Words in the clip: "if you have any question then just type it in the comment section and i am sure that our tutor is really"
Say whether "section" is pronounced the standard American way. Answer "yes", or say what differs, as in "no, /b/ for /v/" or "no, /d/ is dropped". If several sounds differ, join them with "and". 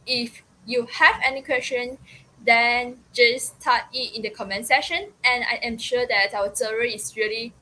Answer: no, /k/ is dropped